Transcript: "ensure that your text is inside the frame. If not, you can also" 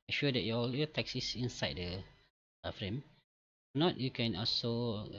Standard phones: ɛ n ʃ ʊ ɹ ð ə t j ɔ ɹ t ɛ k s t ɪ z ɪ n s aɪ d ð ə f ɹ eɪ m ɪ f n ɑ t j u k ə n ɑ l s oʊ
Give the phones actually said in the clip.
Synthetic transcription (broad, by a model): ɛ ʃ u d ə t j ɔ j t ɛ k s ɪ s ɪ n s aɪ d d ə f ɹ eɪ m n ɑ t j u k ə n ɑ l s oʊ